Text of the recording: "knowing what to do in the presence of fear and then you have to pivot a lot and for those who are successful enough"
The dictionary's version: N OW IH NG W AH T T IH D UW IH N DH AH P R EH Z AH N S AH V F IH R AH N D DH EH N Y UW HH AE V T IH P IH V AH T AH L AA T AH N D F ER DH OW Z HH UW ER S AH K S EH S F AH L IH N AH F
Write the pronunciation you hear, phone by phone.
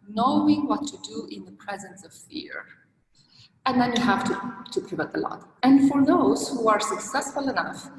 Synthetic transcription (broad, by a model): N OW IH NG W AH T T IH D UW IH N DH AH P R EH Z AH N S AH V F IH R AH N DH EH N Y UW HH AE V T IH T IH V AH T AH L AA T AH N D F ER DH OW Z HH UW ER S AH K S EH S F AH L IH N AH F